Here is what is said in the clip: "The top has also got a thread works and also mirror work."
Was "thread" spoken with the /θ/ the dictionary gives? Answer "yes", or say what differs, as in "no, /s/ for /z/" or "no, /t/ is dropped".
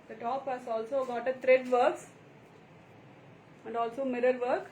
no, /t/ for /θ/